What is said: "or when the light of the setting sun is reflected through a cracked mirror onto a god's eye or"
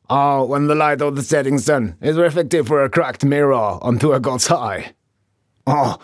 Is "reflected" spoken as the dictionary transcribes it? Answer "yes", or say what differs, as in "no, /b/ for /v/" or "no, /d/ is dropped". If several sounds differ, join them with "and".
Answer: no, /l/ is dropped